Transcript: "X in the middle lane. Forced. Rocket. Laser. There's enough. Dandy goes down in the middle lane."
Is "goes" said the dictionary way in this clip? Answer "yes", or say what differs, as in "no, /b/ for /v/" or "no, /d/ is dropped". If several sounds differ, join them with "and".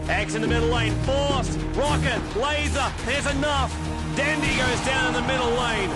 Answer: yes